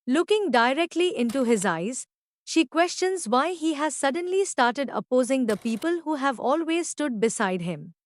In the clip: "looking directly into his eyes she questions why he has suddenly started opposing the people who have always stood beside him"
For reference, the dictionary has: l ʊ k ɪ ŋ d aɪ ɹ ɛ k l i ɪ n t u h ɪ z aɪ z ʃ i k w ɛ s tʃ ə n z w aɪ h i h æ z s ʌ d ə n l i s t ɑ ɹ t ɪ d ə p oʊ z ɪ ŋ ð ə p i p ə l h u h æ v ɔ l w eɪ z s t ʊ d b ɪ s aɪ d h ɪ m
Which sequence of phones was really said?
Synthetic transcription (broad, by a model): l ʊ k ɪ ŋ d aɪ ɹ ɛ k l i ɪ n t u h ɪ z aɪ z ʃ i k w ɛ s tʃ ə n z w aɪ h i h æ z s ʌ d ə n l i s t ɑ ɹ t ɪ d ə p oʊ z ɪ ŋ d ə p i p ə l h u h æ v ɔ l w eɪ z s t ʊ d b ɪ s aɪ d h ɪ m